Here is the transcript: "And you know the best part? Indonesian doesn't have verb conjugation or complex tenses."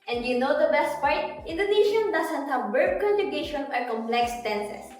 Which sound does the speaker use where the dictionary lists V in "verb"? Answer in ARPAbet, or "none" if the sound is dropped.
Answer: B